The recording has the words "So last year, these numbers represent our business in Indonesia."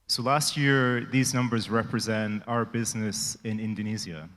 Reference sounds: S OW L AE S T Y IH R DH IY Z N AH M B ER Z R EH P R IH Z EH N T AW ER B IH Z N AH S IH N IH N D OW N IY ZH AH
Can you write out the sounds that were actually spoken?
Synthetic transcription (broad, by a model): S OW L AE S T Y IH R DH IY Z N AH M B ER Z R EH P R IH Z EH N T AW ER B IH Z N AH S IH N IH N D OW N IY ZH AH